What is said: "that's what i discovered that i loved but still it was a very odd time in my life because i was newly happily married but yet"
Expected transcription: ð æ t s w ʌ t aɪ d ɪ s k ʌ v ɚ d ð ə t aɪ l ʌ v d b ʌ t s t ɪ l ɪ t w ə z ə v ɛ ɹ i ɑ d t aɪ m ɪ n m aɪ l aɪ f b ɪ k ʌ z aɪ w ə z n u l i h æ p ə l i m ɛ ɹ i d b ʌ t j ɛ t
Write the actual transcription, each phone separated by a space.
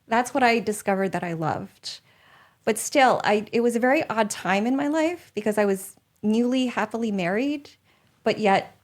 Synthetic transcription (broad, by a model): ð æ t s w ʌ t aɪ d ɪ s k ʌ v ɚ d ð ə t aɪ l ʌ v d b ʌ t s t ɪ l ɪ t w ə z ə v ɛ ɹ i ɑ d t aɪ m ɪ n m aɪ l aɪ f b ɪ k ʌ z aɪ w ə z n u l i h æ p l i m ɛ ɹ i d b ʌ t j ɛ t